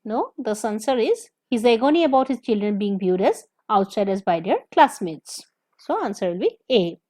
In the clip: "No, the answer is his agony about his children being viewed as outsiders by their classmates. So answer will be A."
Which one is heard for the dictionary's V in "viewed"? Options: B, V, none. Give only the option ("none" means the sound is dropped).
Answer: B